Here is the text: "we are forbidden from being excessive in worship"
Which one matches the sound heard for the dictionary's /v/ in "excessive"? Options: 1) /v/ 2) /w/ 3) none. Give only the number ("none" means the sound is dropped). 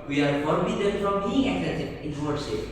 3